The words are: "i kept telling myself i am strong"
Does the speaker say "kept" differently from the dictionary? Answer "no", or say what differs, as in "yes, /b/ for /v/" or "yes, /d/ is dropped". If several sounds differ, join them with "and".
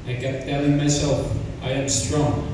yes, /p/ is dropped